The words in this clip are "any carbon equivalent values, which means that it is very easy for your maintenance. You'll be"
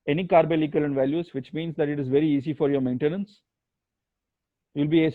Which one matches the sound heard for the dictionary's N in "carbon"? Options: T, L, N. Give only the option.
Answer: L